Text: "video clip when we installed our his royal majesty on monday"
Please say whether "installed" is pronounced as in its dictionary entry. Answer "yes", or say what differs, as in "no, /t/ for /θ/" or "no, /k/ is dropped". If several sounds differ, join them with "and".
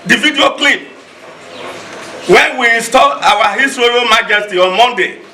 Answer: no, /d/ is dropped